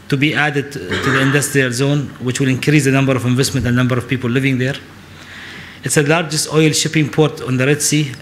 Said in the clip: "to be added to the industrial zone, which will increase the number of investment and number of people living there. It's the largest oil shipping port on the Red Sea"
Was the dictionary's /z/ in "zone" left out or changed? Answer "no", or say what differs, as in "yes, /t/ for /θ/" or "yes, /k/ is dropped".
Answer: no